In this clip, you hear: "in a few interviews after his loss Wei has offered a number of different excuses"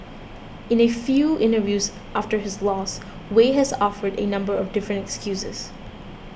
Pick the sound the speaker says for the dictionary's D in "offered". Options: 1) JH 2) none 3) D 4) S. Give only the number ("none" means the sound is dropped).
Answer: 3